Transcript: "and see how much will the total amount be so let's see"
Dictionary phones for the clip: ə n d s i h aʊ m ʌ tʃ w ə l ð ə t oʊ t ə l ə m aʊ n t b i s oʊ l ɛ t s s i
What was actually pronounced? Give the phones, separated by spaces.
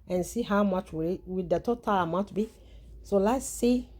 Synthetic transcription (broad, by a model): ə n s i h aʊ m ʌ tʃ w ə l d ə t oʊ t ə l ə m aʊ t b i s oʊ l ɛ t s s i